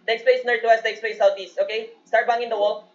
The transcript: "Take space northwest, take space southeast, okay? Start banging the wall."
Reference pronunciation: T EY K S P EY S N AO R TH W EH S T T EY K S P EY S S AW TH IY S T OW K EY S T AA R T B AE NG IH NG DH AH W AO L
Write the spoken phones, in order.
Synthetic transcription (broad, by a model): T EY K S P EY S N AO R T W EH S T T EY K S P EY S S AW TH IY S T OW K EY S T AA R T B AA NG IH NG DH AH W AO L